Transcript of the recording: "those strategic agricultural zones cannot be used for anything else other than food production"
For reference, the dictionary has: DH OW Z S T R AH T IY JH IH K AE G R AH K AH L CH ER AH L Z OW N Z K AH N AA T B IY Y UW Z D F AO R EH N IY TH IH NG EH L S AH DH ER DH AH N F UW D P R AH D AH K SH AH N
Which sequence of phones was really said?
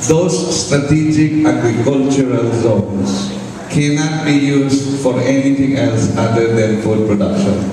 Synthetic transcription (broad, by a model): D OW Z S T R AH T IY JH IH K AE G R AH K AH L CH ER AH L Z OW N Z K AH N AA T B IY Y UW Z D F AO R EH N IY T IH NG EH L S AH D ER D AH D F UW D P R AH D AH K SH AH N